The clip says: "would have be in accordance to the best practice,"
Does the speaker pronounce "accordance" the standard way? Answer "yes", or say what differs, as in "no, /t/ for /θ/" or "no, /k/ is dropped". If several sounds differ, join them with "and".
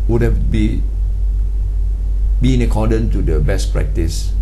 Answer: no, /s/ is dropped